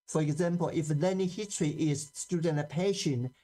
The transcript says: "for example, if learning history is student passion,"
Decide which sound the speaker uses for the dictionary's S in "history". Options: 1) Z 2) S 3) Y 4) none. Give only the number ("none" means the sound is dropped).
4